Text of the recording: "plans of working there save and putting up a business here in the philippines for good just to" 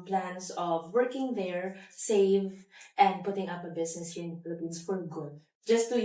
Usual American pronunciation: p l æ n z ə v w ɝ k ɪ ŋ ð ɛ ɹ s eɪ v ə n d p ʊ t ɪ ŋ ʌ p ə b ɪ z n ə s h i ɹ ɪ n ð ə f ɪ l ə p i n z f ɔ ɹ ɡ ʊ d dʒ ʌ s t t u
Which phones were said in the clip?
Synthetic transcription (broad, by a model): p l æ n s ə v w ɝ k ɪ ŋ ð ɛ ɹ s eɪ v ə n d p ʊ t ɪ ŋ ʌ p ə b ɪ s n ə s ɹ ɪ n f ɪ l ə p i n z f ɔ ɹ ɡ ʊ d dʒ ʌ s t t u